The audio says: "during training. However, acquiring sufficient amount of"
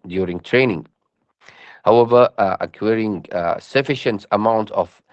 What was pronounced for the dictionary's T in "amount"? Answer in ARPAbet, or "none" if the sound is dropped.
T